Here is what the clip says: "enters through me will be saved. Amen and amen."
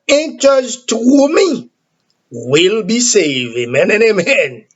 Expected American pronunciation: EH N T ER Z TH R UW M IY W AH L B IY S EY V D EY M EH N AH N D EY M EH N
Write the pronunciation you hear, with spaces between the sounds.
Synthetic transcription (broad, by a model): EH N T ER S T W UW M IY W AH L B IY S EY V EY M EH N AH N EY M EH N